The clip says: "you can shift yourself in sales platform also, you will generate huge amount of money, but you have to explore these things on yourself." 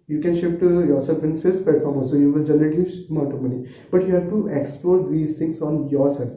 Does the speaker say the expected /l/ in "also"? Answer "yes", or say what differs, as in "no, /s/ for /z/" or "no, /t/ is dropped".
no, /l/ is dropped